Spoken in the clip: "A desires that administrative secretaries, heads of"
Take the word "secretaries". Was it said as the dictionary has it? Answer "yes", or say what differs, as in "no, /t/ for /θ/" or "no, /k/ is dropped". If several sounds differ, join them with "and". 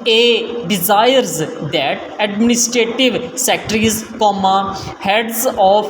no, /z/ is dropped